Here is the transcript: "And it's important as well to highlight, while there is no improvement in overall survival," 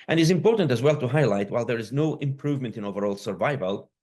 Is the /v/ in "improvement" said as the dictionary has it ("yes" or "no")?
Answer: yes